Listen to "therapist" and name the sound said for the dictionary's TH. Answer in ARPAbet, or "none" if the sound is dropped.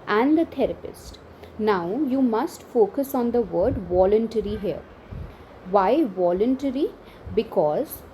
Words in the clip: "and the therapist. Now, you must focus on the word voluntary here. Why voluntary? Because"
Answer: T